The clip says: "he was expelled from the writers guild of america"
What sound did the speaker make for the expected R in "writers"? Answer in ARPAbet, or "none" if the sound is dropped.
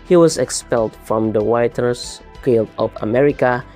W